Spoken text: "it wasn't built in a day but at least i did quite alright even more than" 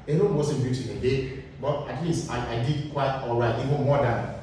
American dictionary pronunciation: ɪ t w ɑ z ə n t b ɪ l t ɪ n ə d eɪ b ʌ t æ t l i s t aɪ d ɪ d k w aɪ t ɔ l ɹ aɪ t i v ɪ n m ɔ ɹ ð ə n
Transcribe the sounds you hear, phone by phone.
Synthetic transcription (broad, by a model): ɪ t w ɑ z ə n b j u t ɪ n ə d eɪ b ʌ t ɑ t l i s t aɪ d ɪ d k w aɪ t ɔ l ɹ aɪ t i v ɪ n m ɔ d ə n